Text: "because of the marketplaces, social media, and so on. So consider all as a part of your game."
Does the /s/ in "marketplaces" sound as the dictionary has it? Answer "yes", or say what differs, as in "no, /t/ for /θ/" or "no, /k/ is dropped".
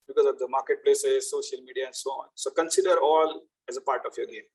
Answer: yes